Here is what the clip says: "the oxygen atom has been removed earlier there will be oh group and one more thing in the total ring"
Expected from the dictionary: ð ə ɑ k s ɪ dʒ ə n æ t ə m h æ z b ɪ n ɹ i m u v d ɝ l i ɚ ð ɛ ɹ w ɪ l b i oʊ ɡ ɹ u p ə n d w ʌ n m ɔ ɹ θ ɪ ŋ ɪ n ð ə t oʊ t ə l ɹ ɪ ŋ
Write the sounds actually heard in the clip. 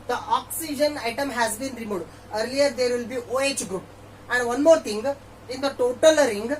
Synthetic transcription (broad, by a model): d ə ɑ k s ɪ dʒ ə n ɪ t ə m h æ z b ɪ n ɹ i m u d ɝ l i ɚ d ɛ ɹ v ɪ l b i oʊ ɡ ɹ u p ə n d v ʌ n m ɔ ɹ t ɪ ŋ ɪ n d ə t oʊ t ə l ɹ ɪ ŋ